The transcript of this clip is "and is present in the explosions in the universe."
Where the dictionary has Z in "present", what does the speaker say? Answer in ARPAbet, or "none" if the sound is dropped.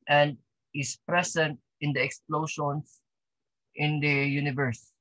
S